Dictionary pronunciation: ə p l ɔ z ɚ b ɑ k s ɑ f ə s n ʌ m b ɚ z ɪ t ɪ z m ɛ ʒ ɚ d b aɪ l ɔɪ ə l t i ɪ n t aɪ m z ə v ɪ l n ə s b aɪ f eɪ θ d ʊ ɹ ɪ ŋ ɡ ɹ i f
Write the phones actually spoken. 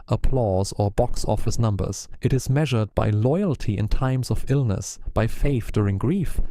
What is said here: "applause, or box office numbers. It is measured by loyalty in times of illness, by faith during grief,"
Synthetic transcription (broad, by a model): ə p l ɔ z ɚ b ɑ k s ɑ f ə s n ʌ m b ɚ z ɪ t ɪ z m ɛ ʒ ɚ d b aɪ l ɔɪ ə l t i ɪ n t aɪ m z ə v ɪ l n ə s b aɪ f eɪ θ d ʊ ɹ ɪ ŋ ɡ ɹ i f